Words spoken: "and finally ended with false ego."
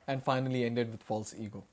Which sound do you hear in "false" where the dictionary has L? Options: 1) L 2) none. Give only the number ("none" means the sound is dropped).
1